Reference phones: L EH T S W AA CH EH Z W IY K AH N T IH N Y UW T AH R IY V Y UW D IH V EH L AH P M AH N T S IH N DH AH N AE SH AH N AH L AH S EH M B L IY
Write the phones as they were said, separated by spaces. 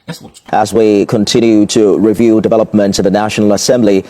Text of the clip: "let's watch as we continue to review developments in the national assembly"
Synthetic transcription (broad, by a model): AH Z W IY K AH N T IH N Y UW T AH R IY V Y UW D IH V EH L AH P M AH N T IH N DH AH N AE SH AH N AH L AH S EH M B L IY